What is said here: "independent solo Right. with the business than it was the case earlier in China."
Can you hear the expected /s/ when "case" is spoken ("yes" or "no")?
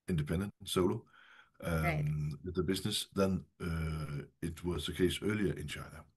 yes